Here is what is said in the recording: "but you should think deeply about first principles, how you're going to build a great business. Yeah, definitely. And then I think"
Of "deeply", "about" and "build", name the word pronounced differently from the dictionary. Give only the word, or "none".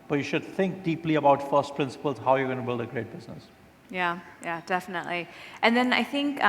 none